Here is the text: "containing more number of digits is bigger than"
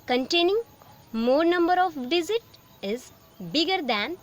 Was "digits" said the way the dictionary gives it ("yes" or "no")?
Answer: no